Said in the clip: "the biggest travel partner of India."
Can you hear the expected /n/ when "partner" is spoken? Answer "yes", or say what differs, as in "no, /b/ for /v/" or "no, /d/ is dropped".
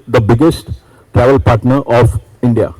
yes